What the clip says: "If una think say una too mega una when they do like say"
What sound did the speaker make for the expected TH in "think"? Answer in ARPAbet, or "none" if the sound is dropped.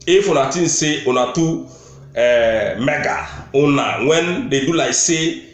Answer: T